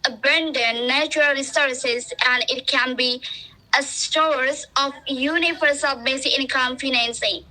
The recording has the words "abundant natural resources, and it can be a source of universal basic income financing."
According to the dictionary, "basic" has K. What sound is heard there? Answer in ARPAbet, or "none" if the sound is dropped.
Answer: none